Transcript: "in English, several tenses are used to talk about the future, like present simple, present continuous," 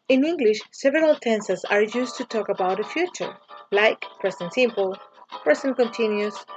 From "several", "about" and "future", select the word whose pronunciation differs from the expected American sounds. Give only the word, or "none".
none